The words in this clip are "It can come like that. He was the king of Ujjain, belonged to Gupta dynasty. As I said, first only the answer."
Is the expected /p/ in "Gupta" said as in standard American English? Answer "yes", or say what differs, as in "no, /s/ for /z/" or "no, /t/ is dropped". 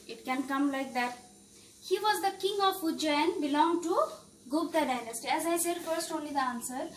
no, /b/ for /p/